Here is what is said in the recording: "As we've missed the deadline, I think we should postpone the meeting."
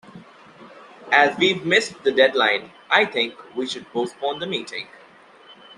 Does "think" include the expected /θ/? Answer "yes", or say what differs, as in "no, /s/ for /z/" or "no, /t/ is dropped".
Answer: no, /t/ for /θ/